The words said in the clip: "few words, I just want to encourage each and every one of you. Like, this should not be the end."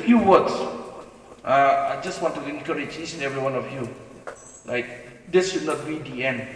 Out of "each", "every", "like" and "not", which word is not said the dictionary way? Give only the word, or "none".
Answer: each